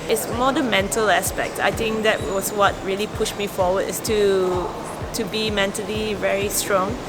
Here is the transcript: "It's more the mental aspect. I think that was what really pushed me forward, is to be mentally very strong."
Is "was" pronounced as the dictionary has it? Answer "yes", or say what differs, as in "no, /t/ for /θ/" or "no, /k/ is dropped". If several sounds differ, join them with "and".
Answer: no, /s/ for /z/